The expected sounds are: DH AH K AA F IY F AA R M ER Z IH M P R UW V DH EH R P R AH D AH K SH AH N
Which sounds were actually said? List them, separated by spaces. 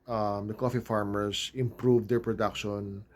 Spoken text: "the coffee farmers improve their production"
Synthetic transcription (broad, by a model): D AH K AA F IY F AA R M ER S IH M P R UW V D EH R P R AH D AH K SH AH N